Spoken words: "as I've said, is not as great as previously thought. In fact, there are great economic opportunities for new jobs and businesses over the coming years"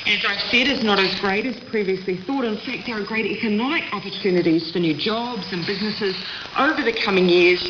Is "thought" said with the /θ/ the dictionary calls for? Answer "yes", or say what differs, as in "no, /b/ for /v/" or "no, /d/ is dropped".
yes